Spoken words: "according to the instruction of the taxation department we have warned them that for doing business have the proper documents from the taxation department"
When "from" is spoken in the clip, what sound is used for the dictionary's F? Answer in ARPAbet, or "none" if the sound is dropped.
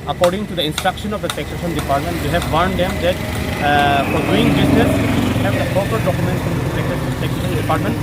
P